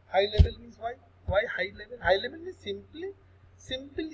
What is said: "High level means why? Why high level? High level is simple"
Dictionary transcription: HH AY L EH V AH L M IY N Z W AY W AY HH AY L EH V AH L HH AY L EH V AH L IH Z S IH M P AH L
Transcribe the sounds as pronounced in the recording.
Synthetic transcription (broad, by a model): HH AY L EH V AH L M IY Z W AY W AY HH AY L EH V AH L HH AY L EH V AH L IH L S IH M P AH L